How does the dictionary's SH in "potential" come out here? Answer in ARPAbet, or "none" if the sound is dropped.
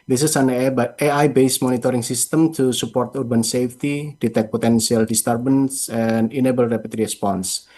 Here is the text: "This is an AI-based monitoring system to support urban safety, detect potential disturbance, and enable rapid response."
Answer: S